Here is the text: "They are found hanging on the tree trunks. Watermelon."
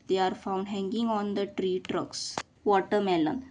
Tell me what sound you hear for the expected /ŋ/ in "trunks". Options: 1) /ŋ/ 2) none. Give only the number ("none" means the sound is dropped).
2